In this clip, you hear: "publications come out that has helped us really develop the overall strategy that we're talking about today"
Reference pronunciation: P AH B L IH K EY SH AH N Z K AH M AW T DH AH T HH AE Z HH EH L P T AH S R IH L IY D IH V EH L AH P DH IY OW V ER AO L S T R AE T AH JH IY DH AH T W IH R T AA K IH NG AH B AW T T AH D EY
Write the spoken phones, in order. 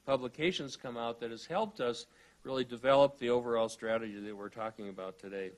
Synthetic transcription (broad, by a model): P AH B L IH K EY SH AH N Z K AH M AW T DH AH T HH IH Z HH EH L P T AH S R IH L IY D IH V EH L AH P DH IY OW V ER AO L S T R AE T AH JH IY DH AH T W IH R T AA K IH NG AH B AW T T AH D EY